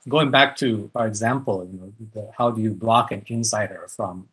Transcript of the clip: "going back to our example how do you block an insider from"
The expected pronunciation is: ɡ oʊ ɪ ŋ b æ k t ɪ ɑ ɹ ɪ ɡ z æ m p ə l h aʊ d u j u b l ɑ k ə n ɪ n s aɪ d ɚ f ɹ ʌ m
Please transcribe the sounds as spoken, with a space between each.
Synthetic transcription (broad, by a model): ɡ oʊ ɪ ŋ b æ k t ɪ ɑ ɹ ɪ ɡ z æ m p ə n h aʊ d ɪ j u b l ɑ k ə n ɪ n s aɪ d ɚ f ɹ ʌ m